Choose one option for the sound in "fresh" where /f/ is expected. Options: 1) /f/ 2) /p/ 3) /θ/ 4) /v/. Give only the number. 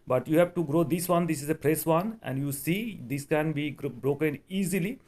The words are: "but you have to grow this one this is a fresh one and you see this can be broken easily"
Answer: 2